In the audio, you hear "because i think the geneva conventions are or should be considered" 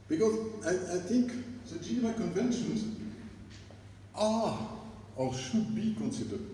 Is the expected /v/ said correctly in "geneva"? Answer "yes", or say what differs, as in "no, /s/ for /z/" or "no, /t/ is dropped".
no, /v/ is dropped